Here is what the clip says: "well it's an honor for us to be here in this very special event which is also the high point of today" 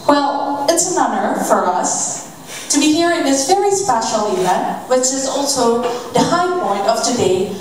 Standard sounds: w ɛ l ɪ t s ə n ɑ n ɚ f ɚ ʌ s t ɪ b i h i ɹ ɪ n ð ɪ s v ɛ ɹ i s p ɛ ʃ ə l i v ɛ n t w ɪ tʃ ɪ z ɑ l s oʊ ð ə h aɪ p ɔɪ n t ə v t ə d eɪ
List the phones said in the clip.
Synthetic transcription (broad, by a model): w ɛ l ɪ t s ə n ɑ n ɚ f ɚ ʌ s t ɪ b i h i ɹ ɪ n ð ɪ s v ɛ ɹ i s p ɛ ʃ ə l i ɛ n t w ɪ tʃ ɪ z ɑ l s oʊ ð ə h aɪ p ɔɪ n t ə v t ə d eɪ